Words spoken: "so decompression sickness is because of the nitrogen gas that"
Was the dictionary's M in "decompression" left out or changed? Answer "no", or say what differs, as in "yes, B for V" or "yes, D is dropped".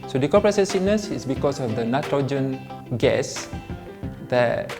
yes, M is dropped